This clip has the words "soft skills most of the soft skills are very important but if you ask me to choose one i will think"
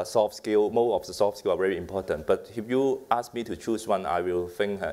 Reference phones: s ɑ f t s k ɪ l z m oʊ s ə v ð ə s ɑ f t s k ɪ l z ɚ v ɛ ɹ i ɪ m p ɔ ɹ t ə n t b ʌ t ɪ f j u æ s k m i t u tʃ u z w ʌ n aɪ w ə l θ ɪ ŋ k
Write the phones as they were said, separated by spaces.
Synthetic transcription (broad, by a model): s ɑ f s k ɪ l m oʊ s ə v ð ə s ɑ f s k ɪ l ɑ v ɛ ɹ i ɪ m p ɔ t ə n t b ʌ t ɪ f j u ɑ s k m i t u tʃ u s w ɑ n aɪ w ə l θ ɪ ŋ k